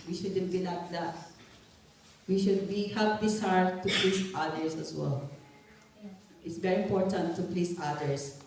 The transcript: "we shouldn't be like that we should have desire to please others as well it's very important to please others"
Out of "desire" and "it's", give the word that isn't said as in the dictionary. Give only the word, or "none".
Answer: desire